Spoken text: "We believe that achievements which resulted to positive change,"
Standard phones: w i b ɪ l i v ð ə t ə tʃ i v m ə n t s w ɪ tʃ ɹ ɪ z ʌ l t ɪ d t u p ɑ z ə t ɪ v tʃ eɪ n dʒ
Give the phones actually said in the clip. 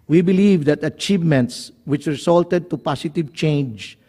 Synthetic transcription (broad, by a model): w i b ɪ l i v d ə t ə tʃ i v m ə n t s w ɪ tʃ ɹ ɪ s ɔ l t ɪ d t u p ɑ s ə t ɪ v tʃ eɪ n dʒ